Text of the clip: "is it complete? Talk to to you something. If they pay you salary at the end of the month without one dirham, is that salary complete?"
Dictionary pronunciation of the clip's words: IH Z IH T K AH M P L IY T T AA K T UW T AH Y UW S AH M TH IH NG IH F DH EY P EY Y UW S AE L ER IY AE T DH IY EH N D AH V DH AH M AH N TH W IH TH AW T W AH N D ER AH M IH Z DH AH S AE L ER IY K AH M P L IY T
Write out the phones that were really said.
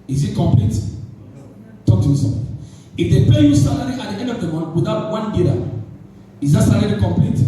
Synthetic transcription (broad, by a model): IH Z IH T K AH M P L IY T T AA K T UW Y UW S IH IH F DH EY P EY Y UW S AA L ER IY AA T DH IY EH N D AH V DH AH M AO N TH W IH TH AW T W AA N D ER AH IH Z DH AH S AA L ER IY K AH M P L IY T